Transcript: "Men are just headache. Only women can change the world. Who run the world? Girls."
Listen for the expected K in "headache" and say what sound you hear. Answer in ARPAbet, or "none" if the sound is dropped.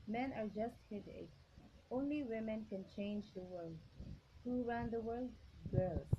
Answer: none